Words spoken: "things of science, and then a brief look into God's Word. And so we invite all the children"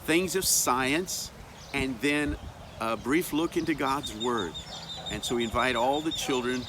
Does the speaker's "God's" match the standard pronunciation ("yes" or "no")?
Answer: yes